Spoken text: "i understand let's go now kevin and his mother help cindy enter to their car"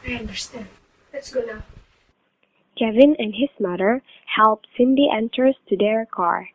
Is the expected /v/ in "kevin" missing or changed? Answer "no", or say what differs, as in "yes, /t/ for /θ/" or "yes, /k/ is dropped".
no